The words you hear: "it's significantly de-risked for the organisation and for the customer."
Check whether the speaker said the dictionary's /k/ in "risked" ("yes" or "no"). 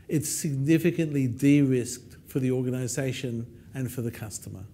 yes